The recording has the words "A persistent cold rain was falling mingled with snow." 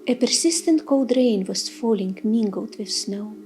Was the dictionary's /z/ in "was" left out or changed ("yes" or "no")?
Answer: yes